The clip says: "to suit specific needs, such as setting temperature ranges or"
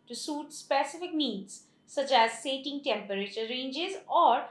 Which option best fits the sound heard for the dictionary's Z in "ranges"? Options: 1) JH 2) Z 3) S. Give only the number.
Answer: 2